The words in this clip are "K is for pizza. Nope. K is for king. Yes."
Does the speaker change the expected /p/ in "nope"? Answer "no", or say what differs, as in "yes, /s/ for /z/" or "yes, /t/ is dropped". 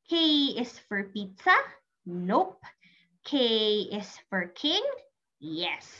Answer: no